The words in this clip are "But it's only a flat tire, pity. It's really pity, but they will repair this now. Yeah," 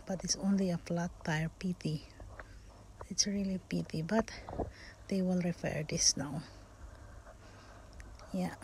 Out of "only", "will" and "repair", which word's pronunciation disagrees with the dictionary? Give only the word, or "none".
repair